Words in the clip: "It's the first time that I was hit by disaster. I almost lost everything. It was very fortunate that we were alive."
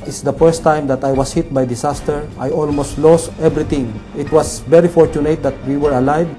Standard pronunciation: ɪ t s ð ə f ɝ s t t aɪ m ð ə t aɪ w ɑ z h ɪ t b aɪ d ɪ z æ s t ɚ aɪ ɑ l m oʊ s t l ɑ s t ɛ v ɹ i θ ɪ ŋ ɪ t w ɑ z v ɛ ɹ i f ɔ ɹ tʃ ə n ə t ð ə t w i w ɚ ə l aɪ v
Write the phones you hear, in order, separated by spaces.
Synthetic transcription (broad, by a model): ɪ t s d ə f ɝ s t t aɪ m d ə t aɪ w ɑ s h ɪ t b aɪ d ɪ s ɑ s t ɚ aɪ ɑ l m oʊ s t l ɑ s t ɛ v ɹ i t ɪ ŋ ɪ t w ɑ s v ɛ ɹ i f ɔ ɹ tʃ ə n ə t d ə t w i w ɚ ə l aɪ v